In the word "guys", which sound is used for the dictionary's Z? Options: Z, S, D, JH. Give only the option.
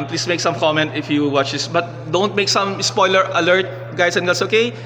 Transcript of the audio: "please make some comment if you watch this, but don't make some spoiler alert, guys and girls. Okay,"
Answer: S